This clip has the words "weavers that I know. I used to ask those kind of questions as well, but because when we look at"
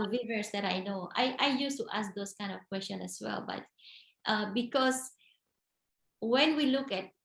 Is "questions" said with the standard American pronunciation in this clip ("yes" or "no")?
no